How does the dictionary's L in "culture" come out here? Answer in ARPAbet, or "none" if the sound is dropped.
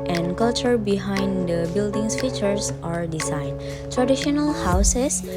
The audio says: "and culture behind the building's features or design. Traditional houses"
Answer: L